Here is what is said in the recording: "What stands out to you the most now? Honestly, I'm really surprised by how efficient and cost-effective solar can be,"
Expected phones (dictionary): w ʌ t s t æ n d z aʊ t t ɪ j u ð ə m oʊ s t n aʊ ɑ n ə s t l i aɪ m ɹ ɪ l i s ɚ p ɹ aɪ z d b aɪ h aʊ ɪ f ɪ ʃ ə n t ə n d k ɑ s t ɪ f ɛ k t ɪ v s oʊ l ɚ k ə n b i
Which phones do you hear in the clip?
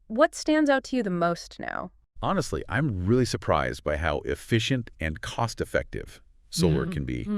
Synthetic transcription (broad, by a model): w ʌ t s t æ n d z aʊ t t ɪ j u ð ə m oʊ s t n aʊ ɑ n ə s t l i aɪ m ɹ ɪ l i s ɚ p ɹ aɪ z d b aɪ h aʊ ɪ f ɪ ʃ ə n t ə n k ɑ s t ɪ f ɛ k t ɪ v s oʊ l ɚ k ə n b i